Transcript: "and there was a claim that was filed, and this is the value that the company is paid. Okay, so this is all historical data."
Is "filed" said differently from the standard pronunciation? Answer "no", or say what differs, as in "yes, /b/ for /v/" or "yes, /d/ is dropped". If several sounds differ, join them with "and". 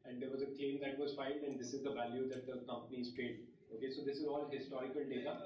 yes, /n/ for /l/